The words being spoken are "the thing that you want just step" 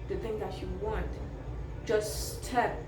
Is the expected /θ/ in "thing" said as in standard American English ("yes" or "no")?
yes